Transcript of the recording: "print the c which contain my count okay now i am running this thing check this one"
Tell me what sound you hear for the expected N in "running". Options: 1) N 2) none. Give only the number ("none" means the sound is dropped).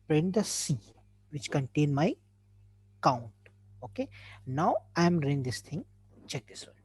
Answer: 2